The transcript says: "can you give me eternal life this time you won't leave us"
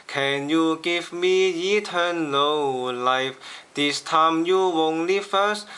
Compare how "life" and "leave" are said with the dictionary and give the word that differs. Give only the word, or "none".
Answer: leave